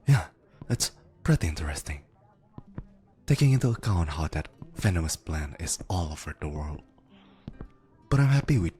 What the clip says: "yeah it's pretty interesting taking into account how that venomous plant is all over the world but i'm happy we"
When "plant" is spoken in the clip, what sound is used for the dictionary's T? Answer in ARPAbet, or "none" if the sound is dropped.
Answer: none